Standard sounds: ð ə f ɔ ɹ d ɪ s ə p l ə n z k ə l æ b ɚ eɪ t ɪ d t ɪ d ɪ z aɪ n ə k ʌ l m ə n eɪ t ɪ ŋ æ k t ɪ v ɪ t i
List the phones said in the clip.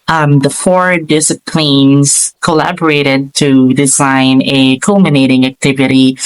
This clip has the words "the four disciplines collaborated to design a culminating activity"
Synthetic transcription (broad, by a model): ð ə f ɔ ɹ d ɪ s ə p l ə n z k ə l æ b ɚ eɪ t ɪ d t ɪ d ɪ z aɪ n ə k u l m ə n eɪ t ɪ ŋ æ k t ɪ v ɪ t i